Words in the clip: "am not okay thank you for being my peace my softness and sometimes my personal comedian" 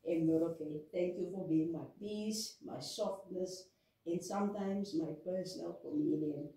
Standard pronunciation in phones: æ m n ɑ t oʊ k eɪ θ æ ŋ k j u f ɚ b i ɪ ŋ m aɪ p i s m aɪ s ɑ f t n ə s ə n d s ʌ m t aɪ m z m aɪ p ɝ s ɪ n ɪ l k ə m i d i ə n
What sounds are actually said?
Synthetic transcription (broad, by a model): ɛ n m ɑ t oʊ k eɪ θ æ ŋ k j u f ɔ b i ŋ m aɪ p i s m aɪ s ɑ f t n ə s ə n s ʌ m t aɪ m s m aɪ p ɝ s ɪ n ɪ l k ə m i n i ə n